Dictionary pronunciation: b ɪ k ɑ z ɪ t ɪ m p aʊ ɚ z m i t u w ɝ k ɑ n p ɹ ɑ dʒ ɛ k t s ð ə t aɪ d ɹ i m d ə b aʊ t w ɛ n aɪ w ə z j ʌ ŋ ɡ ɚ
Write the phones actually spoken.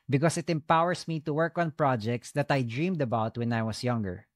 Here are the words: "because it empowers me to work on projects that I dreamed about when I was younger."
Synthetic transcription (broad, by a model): b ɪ k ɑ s ɪ t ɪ m p aʊ ɚ s m i t u w ɝ k ɑ n p ɹ ɑ dʒ ɛ k t s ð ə t aɪ d ɹ i m d ə b aʊ t w ɛ n aɪ w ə s j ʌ ŋ ɡ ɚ